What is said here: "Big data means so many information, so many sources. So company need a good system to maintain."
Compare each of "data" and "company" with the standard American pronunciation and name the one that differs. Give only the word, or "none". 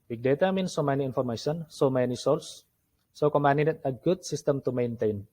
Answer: company